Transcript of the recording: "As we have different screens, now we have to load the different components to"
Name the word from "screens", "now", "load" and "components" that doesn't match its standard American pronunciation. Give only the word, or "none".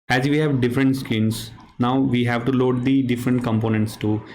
screens